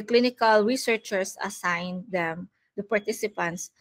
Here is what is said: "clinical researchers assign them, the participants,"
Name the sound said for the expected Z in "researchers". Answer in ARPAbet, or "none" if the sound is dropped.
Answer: S